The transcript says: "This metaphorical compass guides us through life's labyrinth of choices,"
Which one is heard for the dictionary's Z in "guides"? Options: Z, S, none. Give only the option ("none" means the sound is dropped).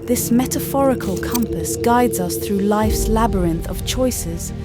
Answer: Z